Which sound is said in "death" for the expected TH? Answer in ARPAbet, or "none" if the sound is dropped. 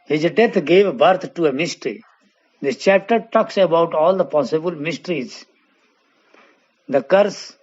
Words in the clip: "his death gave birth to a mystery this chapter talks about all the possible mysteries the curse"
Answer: T